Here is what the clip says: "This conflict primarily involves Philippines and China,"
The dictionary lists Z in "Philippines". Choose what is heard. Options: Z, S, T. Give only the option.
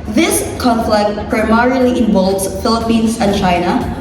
S